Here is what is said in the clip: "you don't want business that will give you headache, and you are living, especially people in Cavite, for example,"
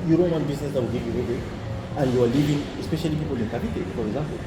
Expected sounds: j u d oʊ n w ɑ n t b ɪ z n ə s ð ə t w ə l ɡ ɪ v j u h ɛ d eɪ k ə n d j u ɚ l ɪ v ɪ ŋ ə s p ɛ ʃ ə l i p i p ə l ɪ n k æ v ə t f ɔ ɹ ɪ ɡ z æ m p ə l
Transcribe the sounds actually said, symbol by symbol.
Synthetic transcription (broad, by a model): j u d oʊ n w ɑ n b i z n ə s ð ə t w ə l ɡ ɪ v j u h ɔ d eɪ ə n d j u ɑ l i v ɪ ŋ ə s p ɛ ʃ ə l i p i p ə l ɪ n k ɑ p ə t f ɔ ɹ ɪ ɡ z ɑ m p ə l